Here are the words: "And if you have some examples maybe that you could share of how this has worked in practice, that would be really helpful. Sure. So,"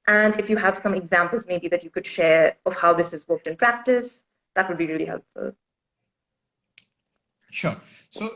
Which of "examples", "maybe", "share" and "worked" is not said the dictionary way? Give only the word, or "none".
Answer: none